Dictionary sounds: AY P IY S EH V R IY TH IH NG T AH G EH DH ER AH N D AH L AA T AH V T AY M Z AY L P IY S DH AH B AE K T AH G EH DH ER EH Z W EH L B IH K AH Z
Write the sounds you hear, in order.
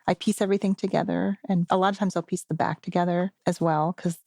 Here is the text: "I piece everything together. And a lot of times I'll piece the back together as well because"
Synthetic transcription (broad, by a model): AY P IY S EH V R IY TH IH NG T AH G EH DH ER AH N AH L AA T AH V T AY M Z AY L P IY S DH AH B AE K T AH G EH DH ER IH Z W EH L K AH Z